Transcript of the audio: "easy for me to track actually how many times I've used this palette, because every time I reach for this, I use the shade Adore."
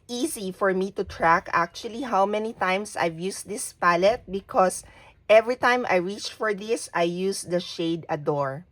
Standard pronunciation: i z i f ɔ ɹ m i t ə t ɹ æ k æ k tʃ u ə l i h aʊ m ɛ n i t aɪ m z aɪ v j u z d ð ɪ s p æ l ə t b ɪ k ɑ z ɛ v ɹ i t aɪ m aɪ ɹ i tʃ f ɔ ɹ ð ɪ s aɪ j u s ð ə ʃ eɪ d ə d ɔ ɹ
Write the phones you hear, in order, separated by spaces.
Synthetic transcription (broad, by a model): i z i f ɔ ɹ m i t ə t ɹ æ k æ k tʃ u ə l i h aʊ m ɛ n i t aɪ m s aɪ v j u s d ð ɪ s p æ l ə t b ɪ k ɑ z ɛ v ɹ i t aɪ m aɪ ɹ i tʃ f ɔ ɹ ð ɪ s aɪ j u s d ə ʃ eɪ d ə d ɔ ɹ